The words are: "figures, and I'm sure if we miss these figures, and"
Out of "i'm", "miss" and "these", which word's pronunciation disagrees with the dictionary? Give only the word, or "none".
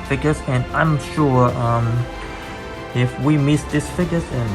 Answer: these